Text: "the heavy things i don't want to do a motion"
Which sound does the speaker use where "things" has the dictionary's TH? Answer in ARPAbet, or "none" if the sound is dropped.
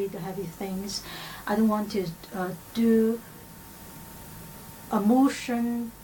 TH